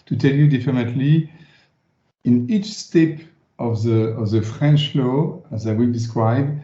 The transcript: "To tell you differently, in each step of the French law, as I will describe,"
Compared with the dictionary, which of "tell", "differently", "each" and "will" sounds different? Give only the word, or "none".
differently